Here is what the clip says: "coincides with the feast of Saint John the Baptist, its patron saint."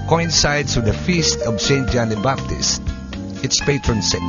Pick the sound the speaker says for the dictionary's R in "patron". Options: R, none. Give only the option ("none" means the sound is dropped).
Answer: R